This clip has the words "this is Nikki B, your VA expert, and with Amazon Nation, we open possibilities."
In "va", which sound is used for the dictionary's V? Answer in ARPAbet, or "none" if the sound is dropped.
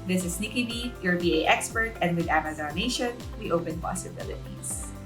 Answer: B